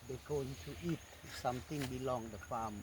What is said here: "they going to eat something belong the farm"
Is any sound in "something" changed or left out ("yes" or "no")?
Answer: yes